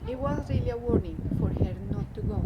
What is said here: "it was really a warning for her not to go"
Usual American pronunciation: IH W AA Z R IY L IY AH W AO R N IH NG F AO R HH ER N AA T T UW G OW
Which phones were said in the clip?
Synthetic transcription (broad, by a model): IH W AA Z R IY L IY AH W AO R N IH NG F AO R HH ER N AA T T UW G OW